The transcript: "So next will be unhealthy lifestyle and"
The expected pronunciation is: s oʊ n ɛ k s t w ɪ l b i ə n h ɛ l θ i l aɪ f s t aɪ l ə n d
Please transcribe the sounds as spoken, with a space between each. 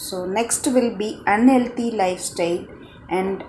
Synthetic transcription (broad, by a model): s oʊ n ɛ k s t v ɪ l b i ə n h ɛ l t i l aɪ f s t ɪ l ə n d